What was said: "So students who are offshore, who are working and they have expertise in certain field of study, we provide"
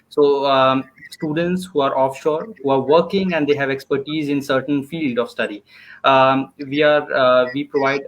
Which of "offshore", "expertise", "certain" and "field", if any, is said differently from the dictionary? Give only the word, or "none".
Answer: none